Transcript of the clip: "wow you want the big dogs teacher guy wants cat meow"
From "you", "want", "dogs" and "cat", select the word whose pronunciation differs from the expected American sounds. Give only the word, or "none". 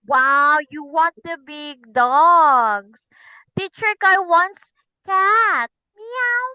dogs